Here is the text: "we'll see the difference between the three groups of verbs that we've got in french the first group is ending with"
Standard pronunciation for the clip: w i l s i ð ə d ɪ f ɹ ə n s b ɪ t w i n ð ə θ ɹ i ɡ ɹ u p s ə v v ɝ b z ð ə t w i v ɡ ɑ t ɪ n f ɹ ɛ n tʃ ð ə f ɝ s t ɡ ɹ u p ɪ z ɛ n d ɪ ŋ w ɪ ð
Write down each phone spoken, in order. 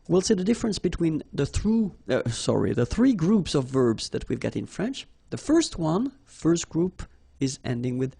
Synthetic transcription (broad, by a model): w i l s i ð ə d ɪ f ɹ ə n s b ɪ t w i n ð ə θ ɹ i ɡ ɹ u p s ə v v ɝ b z ð ə t w i v ɡ ɑ t ɪ n f ɹ ɛ n tʃ ð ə f ɝ s t ɡ ɹ u p ɪ z ɛ n d ɪ ŋ w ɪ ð